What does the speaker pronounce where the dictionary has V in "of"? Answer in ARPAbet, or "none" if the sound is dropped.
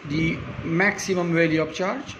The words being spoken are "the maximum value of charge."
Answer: P